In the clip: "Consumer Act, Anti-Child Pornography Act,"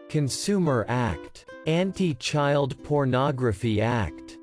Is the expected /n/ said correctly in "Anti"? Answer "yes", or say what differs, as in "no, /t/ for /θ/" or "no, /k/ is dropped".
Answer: yes